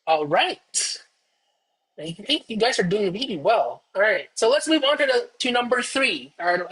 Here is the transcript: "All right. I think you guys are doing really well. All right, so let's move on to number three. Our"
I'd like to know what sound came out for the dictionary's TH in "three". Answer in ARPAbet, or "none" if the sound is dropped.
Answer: TH